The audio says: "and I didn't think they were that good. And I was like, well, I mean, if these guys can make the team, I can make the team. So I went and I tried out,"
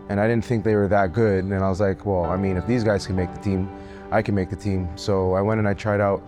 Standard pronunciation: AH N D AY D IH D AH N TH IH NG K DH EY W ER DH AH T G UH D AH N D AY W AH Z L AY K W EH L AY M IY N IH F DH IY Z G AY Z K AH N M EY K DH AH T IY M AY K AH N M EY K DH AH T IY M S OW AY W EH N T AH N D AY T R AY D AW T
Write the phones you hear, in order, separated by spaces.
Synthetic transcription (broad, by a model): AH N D AY D IH D N TH IH NG K DH EY W ER DH AH T G UH D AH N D AY W AH Z L AY K W EH L AY M IY N IH F DH IY Z G AY Z K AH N M EY K DH AH T IY M AY K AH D M EY K DH AH T IY M S OW AY W EH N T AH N AY T R AY D AW T